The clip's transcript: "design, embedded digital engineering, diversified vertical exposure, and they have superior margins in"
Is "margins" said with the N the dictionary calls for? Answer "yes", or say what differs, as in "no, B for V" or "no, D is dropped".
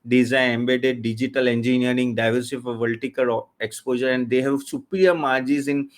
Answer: no, N is dropped